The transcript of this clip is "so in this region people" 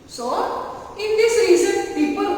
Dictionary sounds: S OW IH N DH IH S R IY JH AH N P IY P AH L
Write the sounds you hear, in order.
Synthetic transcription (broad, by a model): S OW IH N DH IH S R IY Z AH N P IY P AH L